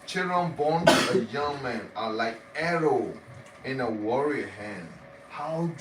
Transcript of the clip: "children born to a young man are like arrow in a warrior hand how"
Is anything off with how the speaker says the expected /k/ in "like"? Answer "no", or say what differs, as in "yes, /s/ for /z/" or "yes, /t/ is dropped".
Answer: no